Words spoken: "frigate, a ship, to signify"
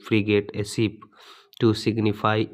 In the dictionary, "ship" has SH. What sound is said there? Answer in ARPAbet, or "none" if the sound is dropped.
S